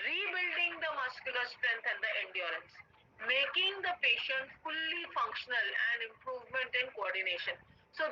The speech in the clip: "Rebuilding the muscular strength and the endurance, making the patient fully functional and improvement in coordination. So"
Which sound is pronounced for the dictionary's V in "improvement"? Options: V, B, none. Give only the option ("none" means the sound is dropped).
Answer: V